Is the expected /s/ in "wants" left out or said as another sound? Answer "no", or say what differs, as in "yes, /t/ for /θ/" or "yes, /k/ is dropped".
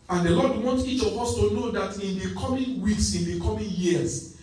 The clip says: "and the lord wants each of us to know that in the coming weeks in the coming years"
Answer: yes, /s/ is dropped